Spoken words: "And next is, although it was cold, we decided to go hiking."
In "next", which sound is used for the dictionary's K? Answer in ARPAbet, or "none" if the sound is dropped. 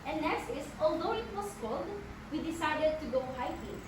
none